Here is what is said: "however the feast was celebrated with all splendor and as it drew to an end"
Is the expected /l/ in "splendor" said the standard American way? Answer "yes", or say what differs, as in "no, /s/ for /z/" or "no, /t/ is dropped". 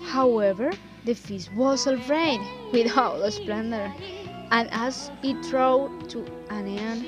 yes